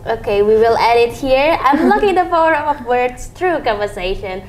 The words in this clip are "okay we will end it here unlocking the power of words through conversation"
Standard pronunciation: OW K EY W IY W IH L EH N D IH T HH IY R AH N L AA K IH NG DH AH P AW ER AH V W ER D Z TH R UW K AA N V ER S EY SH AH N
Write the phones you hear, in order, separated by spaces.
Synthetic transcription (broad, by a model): OW K EY W IY W IH L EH D IH T HH IY R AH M L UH K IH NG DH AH F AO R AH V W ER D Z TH R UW K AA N V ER S EY SH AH N